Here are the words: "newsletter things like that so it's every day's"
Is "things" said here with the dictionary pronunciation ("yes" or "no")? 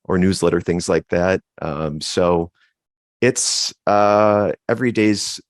yes